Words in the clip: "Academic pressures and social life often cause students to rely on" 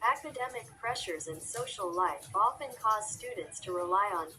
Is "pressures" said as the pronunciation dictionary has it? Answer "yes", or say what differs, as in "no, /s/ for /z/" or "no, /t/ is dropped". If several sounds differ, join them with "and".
yes